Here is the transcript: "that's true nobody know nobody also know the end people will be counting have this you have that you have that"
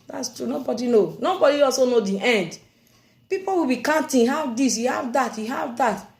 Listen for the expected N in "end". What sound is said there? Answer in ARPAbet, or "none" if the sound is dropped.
N